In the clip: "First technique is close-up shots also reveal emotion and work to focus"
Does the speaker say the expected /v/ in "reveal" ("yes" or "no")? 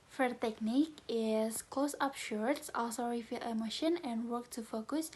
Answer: no